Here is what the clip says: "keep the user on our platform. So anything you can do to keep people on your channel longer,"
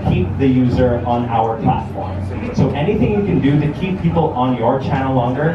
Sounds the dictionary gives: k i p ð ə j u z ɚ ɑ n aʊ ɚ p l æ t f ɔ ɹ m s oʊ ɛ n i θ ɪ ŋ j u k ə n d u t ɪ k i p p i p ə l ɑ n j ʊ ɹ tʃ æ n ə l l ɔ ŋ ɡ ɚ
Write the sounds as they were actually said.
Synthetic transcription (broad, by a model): k i p ð ə j u z ɚ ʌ n aʊ ɚ p l æ t f ɔ ɹ m s oʊ ɛ n i θ ɪ ŋ j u k ə n d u t ɪ k i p p i p l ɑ n j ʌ ɹ tʃ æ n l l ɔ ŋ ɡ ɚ